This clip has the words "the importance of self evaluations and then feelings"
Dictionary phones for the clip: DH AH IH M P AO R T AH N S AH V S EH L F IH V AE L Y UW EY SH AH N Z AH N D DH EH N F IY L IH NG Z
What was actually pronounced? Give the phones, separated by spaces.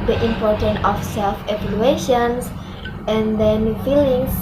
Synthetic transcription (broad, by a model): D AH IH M P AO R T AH N AH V S EH L F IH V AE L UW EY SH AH N S AH N D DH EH N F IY L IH NG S